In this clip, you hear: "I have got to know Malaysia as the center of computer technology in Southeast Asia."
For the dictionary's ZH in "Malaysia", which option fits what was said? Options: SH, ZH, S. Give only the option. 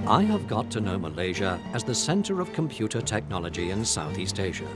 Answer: ZH